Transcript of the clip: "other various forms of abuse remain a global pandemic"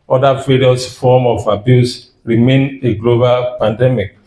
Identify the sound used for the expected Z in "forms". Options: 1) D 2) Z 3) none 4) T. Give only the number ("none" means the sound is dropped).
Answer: 3